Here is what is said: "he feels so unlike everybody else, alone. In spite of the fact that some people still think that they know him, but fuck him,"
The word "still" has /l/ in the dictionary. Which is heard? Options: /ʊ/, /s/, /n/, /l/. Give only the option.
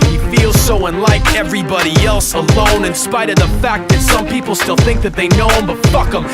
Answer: /l/